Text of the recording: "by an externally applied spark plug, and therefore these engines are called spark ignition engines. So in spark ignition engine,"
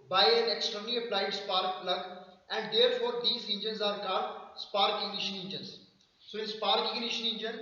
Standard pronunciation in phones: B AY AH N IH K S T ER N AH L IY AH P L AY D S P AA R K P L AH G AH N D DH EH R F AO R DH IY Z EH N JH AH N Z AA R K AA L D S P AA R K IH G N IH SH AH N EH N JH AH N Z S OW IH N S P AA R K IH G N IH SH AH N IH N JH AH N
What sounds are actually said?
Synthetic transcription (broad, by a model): B AY AH N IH K S T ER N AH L IY AH P L AY D S P AA R K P L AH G AH N D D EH R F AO R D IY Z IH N JH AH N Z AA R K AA D S P AA R K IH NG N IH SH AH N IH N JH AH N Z S OW IH N S P AA R K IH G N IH SH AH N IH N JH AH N